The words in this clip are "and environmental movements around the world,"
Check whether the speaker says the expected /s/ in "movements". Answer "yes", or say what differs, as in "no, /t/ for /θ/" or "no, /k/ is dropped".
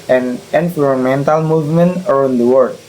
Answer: no, /s/ is dropped